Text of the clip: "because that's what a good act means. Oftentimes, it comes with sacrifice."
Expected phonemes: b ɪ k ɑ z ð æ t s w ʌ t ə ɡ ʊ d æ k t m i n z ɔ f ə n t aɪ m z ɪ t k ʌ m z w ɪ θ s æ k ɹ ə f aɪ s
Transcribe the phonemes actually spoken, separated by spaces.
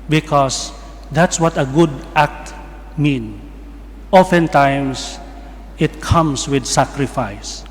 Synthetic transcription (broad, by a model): b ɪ k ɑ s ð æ t s w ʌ t ə ɡ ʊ d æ k t m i n ɔ f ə n t aɪ m s ɪ t k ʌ m s w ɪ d s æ k ɹ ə f aɪ s